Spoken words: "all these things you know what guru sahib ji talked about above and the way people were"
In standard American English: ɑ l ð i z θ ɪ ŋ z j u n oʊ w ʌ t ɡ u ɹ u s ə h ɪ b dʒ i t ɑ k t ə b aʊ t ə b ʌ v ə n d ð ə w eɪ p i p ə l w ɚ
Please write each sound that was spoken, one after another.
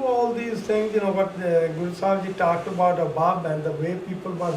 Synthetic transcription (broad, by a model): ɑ l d i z t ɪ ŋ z n oʊ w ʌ t ɡ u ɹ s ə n dʒ i t ɑ k t ə b aʊ t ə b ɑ b ə n d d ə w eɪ p i p ə l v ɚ